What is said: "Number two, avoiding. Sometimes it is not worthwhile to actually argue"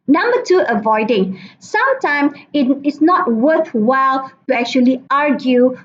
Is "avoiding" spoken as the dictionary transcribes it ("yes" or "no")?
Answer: yes